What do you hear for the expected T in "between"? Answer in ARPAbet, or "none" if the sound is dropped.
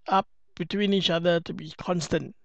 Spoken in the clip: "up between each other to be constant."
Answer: T